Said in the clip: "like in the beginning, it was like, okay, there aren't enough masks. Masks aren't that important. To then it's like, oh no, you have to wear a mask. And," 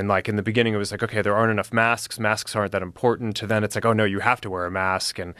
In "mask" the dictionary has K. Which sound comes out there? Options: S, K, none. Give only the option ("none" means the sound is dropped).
K